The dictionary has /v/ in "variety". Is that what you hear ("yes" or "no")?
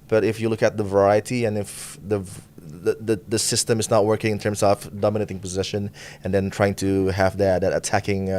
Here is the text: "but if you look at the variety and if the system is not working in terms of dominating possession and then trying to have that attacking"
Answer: yes